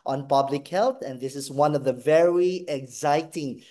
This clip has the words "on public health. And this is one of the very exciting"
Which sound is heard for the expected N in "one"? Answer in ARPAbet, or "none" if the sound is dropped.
N